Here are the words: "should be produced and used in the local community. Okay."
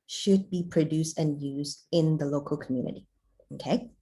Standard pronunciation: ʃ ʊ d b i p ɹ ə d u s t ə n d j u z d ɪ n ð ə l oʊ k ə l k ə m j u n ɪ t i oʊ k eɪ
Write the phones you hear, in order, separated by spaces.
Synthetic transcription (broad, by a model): ʃ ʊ d b i p ɹ ə d u s t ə n j u z d ɪ n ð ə l oʊ k ə l k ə m j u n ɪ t i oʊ k eɪ